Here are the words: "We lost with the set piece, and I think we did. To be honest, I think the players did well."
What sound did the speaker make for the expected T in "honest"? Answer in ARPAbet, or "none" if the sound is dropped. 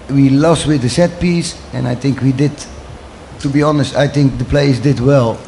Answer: T